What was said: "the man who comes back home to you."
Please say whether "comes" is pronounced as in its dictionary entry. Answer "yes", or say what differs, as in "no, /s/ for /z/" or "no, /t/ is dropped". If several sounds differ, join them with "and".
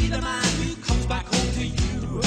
yes